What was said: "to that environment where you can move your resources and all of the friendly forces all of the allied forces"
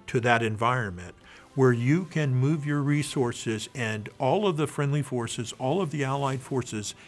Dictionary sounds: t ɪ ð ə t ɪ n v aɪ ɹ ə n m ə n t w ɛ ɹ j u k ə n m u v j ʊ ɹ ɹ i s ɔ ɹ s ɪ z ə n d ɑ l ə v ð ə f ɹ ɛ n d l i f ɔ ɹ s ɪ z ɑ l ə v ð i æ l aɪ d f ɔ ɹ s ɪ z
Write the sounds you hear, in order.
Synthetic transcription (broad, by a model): t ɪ ð ə t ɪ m v aɪ ɹ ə n m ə n t w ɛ ɹ j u k ə n m u v j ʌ ɹ ɹ i s ɔ ɹ s ɪ z ə n d ɑ l ə v ð ə f ɹ ɛ n d l i f ɔ ɹ s ɪ z ɑ l ə v ð i æ l aɪ d f ɔ ɹ s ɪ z